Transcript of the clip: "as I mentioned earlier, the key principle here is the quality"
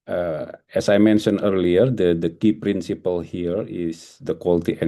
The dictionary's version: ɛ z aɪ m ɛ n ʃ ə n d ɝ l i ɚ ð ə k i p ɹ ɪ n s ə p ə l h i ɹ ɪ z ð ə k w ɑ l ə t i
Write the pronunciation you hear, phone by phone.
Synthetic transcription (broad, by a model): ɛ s aɪ m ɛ n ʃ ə n ɝ l i ɚ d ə k i p ɹ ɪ n s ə p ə l h i ɹ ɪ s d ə k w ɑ l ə t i